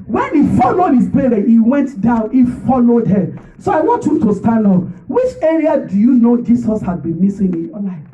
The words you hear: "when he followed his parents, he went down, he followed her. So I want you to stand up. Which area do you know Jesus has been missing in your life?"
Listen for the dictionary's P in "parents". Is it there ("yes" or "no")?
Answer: no